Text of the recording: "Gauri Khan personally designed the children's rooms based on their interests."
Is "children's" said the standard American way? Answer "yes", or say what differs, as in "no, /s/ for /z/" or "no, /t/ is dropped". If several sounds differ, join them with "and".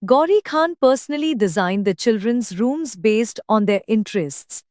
yes